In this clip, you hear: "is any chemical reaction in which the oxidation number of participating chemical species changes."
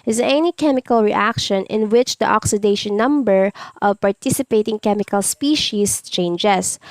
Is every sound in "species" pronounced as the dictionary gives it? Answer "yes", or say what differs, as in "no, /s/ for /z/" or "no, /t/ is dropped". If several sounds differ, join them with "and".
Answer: no, /s/ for /z/